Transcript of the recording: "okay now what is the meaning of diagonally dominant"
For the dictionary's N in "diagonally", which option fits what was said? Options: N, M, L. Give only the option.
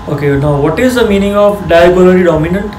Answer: L